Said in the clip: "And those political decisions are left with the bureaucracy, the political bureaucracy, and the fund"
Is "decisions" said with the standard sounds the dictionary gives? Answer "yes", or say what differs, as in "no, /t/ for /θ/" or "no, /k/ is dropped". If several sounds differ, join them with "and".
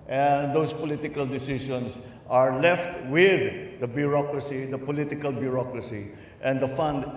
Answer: no, /ʃ/ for /ʒ/ and /s/ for /z/